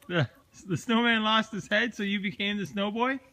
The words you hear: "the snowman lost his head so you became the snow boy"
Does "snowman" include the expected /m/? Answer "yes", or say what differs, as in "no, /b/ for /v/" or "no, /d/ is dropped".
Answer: yes